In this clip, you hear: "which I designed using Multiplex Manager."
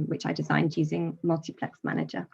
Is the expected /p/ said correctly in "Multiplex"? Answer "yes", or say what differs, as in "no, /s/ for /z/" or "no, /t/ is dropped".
yes